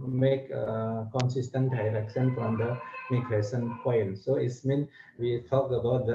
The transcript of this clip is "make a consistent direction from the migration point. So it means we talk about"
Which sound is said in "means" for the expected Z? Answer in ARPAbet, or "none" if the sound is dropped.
none